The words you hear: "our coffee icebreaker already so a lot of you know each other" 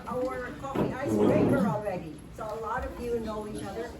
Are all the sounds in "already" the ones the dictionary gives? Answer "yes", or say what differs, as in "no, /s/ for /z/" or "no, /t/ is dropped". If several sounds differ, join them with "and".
yes